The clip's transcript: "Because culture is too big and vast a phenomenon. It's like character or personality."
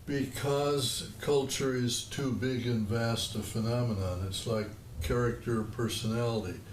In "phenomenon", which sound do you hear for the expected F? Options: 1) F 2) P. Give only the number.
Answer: 1